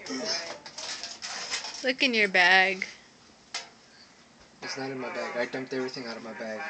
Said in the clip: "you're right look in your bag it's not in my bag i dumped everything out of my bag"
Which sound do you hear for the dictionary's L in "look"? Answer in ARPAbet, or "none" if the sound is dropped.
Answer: L